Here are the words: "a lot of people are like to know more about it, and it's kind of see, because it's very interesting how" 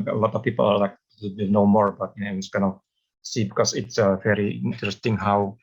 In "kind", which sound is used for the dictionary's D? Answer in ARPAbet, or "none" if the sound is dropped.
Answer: none